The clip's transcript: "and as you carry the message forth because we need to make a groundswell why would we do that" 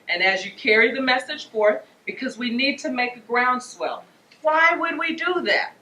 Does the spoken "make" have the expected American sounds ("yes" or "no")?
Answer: yes